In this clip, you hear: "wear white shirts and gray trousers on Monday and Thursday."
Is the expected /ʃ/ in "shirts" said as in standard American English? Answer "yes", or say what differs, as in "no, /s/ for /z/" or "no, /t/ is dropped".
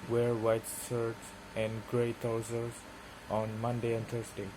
no, /s/ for /ʃ/